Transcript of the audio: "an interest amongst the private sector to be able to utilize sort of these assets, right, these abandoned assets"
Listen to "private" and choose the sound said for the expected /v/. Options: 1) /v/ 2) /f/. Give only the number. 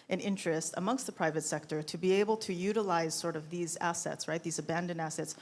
1